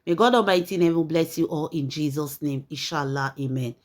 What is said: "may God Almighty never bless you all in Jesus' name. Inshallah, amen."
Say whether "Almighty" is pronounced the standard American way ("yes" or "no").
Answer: no